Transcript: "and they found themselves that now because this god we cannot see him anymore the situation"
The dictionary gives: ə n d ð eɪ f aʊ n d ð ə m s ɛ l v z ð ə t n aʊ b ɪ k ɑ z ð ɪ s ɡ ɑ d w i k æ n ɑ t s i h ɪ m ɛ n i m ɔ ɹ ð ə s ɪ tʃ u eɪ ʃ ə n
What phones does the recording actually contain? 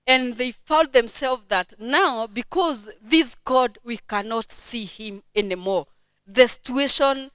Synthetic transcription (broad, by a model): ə n ð eɪ f aʊ n d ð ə m s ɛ l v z ð ə t n aʊ b ɪ k ɑ z ð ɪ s ɡ ɑ d w i k æ n ɑ t s i h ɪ m ɛ n i m ɔ ɹ ð ə s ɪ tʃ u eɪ ʃ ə n